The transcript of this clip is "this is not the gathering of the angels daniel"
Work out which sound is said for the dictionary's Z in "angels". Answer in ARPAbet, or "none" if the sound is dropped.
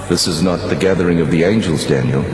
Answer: Z